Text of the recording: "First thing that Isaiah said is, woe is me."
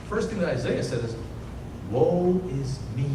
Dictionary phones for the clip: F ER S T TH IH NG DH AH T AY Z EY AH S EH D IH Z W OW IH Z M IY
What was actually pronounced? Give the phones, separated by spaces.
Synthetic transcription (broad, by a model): F ER S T TH IH NG DH AH T AY Z EY AH S EH D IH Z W OW IH Z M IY